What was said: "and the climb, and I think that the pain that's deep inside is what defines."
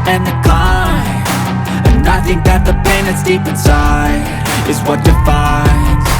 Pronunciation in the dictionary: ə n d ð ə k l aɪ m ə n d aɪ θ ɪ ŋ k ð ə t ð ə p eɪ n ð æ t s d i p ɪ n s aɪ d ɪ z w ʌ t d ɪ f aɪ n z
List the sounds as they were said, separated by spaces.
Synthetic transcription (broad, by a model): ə n ð ə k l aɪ ə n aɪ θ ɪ ŋ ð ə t ð ə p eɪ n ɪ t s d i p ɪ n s aɪ ɪ z w ʌ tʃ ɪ f aɪ n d